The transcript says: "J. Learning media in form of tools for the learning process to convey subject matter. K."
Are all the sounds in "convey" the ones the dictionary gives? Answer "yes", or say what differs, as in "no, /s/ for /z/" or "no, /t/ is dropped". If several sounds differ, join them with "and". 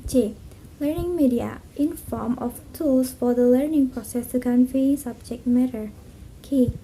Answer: no, /f/ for /v/